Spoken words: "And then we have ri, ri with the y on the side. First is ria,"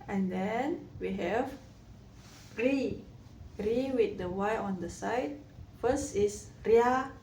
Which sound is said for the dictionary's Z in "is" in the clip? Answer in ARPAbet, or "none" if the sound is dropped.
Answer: S